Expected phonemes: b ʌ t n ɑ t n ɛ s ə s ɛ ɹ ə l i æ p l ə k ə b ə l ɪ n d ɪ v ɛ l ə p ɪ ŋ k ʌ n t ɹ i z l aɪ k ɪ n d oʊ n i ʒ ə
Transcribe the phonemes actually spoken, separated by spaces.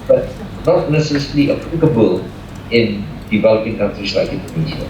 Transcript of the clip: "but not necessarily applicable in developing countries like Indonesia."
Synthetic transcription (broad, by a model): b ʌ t n ɑ t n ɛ s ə s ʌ l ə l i p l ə k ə b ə l ɪ n d ɪ v ɛ l ə p ɪ ŋ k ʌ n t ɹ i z l aɪ k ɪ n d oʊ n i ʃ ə